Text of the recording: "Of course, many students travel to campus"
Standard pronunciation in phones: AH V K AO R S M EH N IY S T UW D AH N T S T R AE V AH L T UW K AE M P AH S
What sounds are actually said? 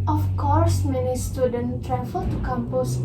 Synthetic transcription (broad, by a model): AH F K AO R S M EH N IY S T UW D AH N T T R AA F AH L T UW K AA M P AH S